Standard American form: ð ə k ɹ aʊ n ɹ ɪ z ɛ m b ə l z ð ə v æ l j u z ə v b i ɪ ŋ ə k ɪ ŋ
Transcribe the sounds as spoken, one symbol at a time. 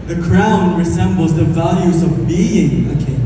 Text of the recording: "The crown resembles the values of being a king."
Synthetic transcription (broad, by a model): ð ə k ɹ aʊ n ɹ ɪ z ɛ m b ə l z ð ə v æ l j u z ə v b i ɪ ŋ ə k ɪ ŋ